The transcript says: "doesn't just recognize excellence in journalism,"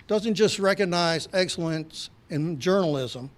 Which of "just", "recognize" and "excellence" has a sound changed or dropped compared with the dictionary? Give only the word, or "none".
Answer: none